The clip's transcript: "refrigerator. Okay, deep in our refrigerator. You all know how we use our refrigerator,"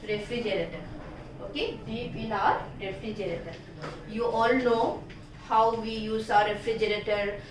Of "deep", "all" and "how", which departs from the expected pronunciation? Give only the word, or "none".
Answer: deep